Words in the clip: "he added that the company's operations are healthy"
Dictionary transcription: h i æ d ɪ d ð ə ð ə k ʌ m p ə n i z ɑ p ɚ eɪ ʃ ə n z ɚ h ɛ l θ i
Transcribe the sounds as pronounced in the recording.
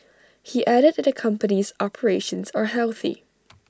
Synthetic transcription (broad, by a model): h i æ d ɪ d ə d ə k ʌ m p ə n i z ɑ p ɚ eɪ ʃ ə n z ɚ h ɛ l θ i